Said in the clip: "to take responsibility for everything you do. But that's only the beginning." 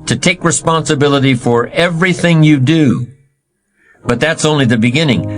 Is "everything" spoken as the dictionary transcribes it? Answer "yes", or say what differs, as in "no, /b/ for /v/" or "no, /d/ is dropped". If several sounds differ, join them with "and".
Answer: yes